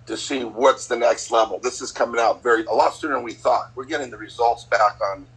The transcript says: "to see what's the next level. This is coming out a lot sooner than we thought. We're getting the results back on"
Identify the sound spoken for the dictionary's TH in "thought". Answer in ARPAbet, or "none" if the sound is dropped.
TH